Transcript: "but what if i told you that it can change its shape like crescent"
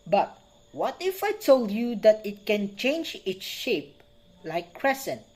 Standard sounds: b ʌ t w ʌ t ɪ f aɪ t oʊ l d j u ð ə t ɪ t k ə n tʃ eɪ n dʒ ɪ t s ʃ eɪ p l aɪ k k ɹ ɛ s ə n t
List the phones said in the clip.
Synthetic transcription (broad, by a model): b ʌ t w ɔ t ɪ f aɪ t oʊ l d j u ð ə t ɪ t k ə n tʃ eɪ n dʒ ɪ t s ʃ eɪ p l aɪ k k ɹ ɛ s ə n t